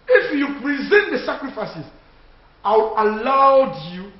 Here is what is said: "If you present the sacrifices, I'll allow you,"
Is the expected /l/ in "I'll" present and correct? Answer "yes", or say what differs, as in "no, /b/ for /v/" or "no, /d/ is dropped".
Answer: no, /w/ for /l/